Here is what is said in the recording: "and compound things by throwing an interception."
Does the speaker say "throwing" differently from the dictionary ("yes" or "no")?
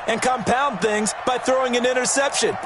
no